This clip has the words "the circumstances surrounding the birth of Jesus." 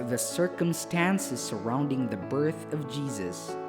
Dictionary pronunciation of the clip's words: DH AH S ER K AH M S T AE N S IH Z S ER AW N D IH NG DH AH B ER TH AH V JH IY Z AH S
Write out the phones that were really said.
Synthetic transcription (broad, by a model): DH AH S ER K AH M S T AE N S IH Z S ER AW N D IH NG DH AH B ER TH AH V JH IY Z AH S